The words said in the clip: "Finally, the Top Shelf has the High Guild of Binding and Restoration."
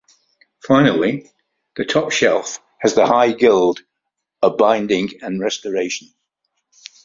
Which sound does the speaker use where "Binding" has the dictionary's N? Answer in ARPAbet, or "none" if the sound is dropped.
N